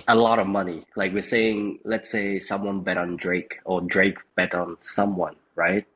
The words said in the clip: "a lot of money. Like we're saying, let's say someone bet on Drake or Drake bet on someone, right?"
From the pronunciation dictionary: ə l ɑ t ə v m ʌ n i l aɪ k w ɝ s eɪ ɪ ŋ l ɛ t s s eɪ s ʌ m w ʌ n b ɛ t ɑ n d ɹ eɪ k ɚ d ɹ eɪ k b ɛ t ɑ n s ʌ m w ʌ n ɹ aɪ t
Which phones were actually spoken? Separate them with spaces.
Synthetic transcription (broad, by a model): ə l ɑ t ə v m ʌ n i l aɪ k w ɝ s eɪ ɪ ŋ l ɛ t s s eɪ s ʌ m w ʌ n b ɛ t n d ɹ eɪ k ɚ d ɹ eɪ k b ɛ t n s ʌ m w ʌ n ɹ aɪ t